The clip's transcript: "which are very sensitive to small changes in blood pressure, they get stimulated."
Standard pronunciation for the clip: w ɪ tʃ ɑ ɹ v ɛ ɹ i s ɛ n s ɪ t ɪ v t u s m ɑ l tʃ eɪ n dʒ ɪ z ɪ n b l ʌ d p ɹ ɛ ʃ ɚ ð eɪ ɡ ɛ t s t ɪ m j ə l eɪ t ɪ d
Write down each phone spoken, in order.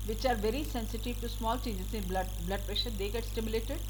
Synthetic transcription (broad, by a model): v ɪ tʃ ɑ ɹ v ɛ ɹ i s ɛ n s ɪ t ɪ v t u s m ɑ l tʃ eɪ n dʒ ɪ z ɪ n b l ʌ d p ɹ ɛ ʃ ɚ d eɪ ɡ ɛ t s t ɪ m j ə l eɪ t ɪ d